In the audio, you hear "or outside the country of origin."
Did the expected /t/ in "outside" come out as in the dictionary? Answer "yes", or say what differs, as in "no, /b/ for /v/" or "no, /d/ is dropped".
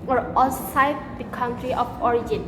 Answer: no, /s/ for /t/